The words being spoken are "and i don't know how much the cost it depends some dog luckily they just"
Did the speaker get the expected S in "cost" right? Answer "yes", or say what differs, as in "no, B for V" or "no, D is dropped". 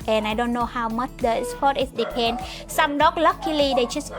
no, S is dropped